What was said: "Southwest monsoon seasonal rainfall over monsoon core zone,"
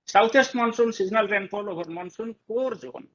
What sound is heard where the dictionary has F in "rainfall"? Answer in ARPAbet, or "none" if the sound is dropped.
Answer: P